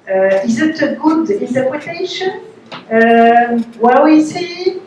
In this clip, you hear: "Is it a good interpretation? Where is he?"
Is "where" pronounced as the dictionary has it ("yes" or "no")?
no